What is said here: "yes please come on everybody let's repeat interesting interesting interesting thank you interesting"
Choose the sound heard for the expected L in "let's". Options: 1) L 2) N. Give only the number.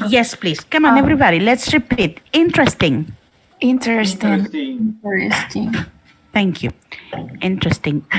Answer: 1